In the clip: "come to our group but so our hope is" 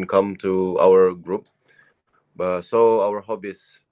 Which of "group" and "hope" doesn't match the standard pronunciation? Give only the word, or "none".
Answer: hope